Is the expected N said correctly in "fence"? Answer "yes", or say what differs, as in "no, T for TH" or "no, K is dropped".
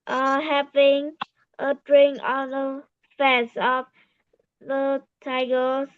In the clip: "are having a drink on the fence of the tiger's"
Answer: no, N is dropped